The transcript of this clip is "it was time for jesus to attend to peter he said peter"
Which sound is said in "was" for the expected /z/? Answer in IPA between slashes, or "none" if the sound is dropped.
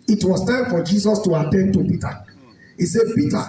/s/